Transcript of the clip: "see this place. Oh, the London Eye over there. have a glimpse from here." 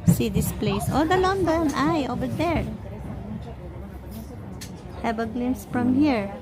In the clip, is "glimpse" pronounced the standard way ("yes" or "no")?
no